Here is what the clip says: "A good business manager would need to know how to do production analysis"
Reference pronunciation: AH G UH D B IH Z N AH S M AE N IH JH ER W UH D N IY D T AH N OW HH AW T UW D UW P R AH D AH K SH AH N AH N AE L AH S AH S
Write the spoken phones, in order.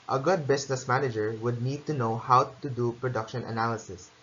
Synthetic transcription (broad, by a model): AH G UH D B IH S N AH S M AE N IH JH ER W UH D N IY D T AH N OW HH AW T UW D UW P R AH D AH K SH AH N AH N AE L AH S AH S